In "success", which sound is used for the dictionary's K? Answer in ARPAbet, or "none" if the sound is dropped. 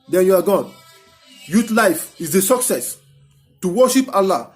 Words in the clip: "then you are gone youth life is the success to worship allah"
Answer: K